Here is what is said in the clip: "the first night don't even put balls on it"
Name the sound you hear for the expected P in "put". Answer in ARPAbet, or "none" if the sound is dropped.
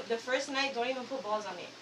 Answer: F